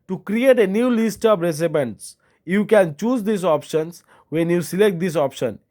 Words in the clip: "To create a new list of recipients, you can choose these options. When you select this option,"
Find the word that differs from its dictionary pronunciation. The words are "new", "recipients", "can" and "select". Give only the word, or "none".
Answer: recipients